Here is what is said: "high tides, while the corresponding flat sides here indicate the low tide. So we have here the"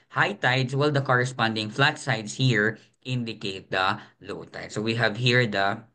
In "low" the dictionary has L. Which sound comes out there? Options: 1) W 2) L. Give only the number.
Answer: 2